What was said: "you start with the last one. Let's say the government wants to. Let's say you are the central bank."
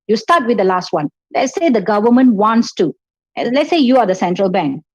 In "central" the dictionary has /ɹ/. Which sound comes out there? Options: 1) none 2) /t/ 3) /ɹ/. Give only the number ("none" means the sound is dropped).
3